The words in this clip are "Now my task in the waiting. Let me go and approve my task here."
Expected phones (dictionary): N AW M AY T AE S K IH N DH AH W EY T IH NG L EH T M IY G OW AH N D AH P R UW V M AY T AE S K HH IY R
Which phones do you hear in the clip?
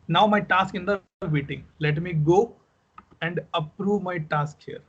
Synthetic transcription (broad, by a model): N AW M AY T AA S K IH N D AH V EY T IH NG L EH T M IY G OW AH N D AH P R UW V M AY T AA S K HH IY R